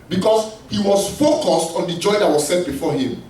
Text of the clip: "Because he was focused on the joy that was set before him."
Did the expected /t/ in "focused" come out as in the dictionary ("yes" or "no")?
yes